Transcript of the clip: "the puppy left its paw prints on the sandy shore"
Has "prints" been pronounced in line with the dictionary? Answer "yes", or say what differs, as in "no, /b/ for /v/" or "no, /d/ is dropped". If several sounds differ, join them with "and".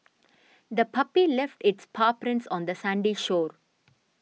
yes